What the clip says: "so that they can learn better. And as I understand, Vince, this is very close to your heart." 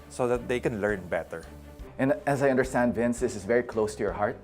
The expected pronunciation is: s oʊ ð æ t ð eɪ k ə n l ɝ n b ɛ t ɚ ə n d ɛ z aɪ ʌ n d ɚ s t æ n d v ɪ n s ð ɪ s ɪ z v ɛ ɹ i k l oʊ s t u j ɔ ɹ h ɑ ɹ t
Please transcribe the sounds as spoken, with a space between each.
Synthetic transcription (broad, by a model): s oʊ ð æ t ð eɪ k ə n l ɝ n b ɛ t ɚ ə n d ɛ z aɪ ʌ n d ɚ s t æ n d v ɪ n s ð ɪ s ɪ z v ɛ ɹ i k l oʊ s t u j ɔ ɹ h ɑ ɹ t